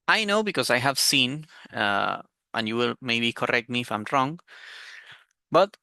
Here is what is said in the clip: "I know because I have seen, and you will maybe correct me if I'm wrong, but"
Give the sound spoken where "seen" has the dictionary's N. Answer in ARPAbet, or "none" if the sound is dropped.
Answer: N